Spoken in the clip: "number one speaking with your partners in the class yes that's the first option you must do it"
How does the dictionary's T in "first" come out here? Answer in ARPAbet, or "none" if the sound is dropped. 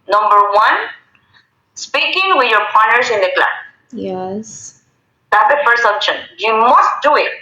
none